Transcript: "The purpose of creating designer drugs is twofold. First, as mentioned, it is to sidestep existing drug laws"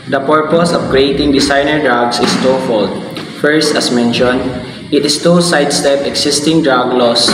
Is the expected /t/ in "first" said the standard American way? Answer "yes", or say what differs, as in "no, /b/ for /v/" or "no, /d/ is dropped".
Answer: yes